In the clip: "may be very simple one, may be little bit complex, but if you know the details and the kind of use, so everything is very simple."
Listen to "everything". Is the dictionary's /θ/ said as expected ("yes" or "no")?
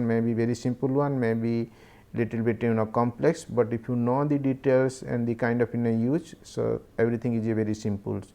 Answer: no